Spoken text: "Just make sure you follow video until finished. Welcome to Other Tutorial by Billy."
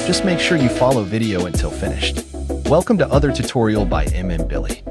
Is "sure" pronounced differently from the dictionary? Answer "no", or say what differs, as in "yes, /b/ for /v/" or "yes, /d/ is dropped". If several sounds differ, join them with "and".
no